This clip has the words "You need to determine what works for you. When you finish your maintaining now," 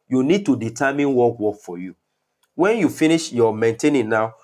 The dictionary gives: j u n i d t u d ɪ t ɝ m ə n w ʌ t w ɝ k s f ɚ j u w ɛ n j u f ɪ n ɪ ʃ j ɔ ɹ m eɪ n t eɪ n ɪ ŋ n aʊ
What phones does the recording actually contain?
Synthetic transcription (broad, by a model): j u n i d t u d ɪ t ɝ m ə n w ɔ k w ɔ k f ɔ j u w ɛ n j u f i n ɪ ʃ j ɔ m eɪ n t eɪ n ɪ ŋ n aʊ